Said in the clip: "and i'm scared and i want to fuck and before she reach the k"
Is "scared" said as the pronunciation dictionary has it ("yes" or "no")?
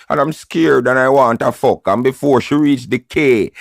yes